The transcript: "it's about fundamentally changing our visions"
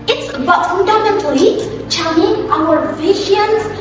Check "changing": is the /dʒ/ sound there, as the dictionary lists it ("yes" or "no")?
no